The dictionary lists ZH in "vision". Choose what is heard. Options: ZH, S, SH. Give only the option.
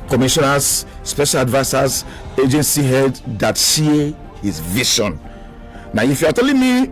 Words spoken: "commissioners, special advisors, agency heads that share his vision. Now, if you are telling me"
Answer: SH